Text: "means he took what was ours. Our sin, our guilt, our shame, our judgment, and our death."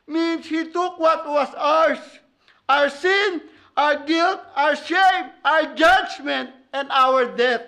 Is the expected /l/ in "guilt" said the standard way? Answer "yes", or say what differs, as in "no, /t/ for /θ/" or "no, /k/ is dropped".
yes